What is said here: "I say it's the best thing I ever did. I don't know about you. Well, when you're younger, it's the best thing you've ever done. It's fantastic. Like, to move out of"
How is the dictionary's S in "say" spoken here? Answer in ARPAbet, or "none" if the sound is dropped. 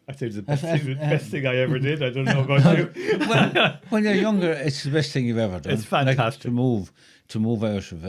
TH